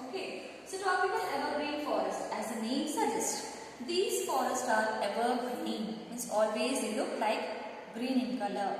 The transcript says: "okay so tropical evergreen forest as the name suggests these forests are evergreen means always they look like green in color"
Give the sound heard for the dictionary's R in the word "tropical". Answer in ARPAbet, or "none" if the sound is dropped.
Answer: none